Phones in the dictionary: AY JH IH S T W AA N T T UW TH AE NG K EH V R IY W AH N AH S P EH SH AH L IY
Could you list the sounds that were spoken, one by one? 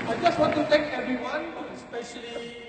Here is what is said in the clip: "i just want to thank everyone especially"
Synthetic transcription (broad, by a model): AY JH IH S T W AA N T T UW T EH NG K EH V R IY W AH N S P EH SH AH L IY